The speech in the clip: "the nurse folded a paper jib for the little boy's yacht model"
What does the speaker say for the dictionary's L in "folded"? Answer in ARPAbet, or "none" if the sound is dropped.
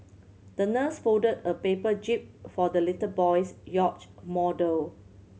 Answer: none